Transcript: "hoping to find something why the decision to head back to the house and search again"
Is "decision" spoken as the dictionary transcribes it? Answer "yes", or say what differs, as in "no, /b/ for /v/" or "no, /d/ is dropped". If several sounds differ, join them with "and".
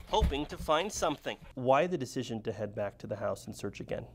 yes